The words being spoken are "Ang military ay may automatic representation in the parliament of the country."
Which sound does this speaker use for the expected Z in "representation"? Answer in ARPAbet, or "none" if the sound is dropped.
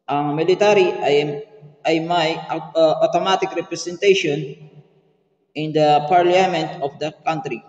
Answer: S